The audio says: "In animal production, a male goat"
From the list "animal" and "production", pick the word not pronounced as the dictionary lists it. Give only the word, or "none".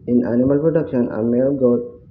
none